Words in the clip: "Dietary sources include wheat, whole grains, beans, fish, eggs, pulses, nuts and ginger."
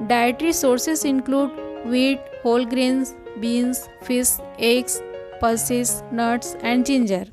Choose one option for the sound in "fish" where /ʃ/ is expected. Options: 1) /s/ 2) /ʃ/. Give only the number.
1